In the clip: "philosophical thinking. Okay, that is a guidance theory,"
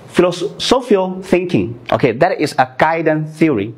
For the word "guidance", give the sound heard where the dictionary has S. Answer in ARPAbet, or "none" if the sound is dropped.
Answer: none